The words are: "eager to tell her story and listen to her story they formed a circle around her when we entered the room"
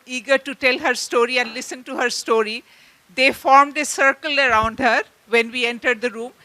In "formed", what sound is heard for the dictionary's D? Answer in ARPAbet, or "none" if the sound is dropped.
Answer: D